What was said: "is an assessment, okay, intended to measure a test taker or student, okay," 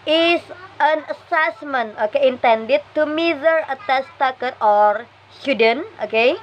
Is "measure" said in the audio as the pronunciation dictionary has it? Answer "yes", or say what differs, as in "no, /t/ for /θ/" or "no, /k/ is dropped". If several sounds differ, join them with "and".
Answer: no, /z/ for /ʒ/